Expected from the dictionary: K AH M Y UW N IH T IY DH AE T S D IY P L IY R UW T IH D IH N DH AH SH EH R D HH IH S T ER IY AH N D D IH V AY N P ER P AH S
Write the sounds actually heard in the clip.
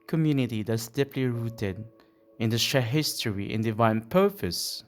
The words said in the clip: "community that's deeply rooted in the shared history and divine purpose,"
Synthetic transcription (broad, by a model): K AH M Y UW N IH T IY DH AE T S D IY P L IY R UW T IH D IH N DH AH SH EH HH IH S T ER IY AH N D D IH V AY N P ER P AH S